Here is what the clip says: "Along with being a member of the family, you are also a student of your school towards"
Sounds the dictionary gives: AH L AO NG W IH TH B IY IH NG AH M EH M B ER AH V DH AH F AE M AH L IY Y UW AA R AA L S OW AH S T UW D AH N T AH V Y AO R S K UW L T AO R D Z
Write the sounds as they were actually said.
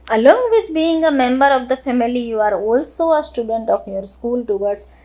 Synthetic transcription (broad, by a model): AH L AO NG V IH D B IY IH NG AH M EH M B ER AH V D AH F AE M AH L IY Y UW AA R AA L S OW AH S T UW D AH N T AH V Y AO R S K UW L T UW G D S